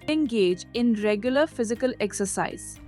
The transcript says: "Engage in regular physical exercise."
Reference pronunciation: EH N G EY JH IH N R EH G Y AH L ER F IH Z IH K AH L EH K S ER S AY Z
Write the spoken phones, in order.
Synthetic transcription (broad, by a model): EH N G EY JH IH N R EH G Y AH L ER F IH Z IH K AH L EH K S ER S AY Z